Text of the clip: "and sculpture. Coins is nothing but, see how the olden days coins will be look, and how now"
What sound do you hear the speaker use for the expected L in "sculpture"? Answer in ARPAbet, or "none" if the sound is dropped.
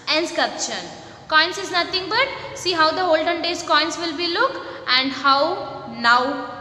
none